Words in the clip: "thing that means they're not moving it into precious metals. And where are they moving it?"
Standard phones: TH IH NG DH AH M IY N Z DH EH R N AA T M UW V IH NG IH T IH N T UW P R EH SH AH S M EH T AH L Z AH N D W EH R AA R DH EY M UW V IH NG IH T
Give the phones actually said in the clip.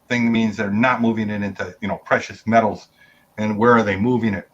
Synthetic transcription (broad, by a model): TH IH NG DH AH M IY N Z DH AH R N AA T M UW V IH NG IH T IH N T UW P R EH SH AH S M EH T L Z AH N W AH R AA R DH EY M UW V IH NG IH T